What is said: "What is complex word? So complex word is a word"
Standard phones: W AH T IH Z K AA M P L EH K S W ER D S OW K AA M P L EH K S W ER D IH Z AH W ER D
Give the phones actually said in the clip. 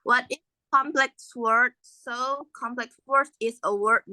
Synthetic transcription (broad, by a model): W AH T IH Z K AA M P L EH K S W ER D S OW K AA M P L EH K S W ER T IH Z AH W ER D